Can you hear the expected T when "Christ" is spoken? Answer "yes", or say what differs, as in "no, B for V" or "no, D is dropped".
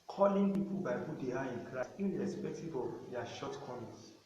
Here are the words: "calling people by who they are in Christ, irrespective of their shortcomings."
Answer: no, T is dropped